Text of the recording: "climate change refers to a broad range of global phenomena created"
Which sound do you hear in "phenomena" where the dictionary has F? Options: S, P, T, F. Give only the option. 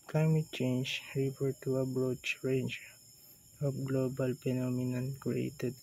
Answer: P